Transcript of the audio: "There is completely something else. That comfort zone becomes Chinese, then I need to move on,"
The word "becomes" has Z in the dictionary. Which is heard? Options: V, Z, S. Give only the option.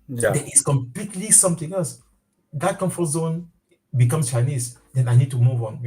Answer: S